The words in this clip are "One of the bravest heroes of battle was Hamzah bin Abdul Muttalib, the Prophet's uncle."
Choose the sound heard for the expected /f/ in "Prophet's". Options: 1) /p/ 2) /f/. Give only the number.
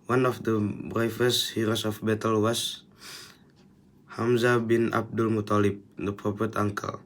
1